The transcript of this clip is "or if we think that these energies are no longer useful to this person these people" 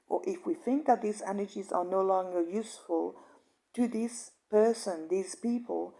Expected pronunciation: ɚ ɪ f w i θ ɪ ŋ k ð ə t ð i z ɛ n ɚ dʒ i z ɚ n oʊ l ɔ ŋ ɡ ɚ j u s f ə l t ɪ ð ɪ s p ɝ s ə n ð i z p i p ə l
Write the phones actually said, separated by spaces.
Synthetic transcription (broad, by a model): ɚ ɪ f w i θ ɪ ŋ k ð ə t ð i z ɛ n ɚ dʒ i z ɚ n oʊ l ɔ ŋ ɡ ɚ j u s f ə l t ɪ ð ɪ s p ɝ s ə n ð i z p i p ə l